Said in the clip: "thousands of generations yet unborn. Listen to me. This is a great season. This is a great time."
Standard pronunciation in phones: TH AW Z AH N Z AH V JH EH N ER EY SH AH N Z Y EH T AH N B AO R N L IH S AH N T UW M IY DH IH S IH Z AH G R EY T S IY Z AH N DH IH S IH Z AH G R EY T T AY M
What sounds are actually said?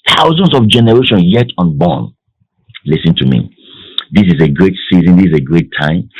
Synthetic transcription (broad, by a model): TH AW Z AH N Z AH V JH EH N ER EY SH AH N Y EH T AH N B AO N L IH S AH N T UW M IY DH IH S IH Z AH G R EY T S IY Z AH N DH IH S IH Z AH G R EY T T AY M